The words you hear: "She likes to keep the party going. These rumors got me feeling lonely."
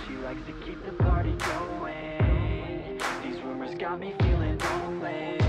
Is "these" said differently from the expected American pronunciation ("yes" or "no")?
no